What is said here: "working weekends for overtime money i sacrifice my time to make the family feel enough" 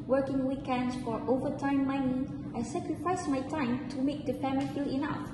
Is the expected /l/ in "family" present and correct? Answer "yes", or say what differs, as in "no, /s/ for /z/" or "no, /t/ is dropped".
no, /l/ is dropped